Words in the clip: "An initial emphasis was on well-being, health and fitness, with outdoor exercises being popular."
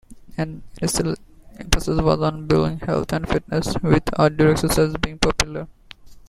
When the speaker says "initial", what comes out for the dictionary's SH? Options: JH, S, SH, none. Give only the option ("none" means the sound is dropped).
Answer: S